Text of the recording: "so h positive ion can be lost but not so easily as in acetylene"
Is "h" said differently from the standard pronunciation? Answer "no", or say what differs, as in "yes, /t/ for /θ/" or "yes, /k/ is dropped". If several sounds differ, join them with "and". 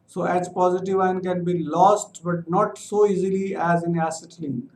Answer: yes, /s/ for /tʃ/